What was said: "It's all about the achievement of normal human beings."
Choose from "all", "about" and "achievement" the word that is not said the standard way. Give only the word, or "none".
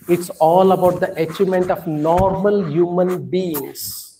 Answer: achievement